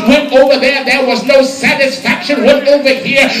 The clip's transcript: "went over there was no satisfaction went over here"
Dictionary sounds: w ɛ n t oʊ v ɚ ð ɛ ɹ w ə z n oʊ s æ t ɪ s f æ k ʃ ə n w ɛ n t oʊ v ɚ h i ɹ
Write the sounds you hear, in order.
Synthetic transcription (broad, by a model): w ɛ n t oʊ v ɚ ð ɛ ɹ w ə z n oʊ s æ t ɪ s f æ k ʃ ə n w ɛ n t oʊ v ɚ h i ɹ